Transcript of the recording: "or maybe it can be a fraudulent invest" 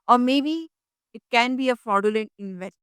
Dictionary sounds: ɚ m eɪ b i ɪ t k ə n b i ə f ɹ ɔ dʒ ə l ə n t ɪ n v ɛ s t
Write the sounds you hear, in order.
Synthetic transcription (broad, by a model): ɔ m eɪ b i ɪ t k ə n b i ə f ɔ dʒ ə l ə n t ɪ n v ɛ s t